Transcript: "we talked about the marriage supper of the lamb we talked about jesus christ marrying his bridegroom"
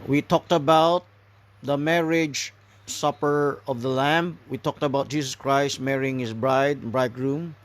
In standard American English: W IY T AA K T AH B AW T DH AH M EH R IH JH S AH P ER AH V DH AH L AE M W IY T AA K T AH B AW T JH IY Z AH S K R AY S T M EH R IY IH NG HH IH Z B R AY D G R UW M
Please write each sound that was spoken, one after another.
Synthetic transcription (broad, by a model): W IY T AA K T AH B AW T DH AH M EH R IH JH S AH P ER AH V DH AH L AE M W IY T AA K T AH B AW T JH IY S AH S K R AY S T M EH R IY IH NG HH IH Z B R AY D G R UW M